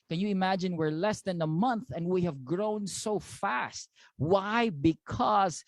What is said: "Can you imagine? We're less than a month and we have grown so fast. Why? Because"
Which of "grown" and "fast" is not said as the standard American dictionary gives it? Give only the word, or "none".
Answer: none